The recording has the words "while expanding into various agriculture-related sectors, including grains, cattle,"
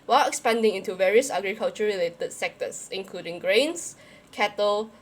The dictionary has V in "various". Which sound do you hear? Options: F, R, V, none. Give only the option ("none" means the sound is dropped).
V